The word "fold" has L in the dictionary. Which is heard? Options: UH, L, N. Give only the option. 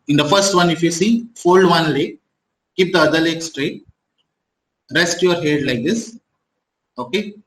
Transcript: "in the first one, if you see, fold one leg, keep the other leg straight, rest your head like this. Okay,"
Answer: L